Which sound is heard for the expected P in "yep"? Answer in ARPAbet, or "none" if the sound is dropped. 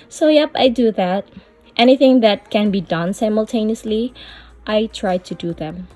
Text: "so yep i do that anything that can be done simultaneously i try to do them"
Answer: P